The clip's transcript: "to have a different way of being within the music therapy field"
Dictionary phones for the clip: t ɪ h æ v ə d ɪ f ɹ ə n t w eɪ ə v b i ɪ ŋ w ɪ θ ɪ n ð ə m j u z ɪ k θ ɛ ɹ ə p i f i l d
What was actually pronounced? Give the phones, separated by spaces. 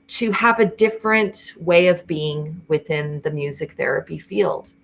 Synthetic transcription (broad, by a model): t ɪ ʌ v ə d ɪ f ɹ ə n t w eɪ ə v b i ɪ ŋ w ɪ θ ɪ n ð ə m j u z ɪ k θ ɛ ɹ ə p i f i l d